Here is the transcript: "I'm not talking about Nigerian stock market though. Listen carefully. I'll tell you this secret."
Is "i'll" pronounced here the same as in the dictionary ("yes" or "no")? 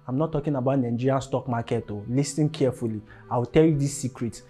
no